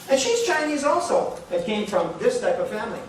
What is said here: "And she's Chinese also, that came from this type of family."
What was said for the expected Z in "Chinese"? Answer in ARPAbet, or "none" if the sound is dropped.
Z